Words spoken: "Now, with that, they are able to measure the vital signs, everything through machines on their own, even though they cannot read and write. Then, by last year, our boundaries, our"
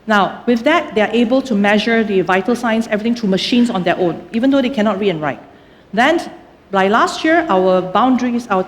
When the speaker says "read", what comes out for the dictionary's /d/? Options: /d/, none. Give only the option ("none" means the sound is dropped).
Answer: none